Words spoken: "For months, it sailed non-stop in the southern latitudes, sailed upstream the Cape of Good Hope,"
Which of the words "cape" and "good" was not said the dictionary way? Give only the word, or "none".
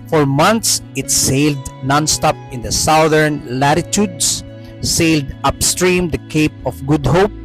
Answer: none